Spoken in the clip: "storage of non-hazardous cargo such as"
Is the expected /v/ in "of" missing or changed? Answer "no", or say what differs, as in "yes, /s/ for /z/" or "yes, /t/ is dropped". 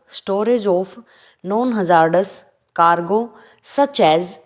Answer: yes, /p/ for /v/